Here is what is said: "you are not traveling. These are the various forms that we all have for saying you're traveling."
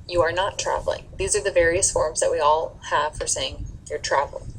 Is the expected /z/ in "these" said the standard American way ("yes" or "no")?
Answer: yes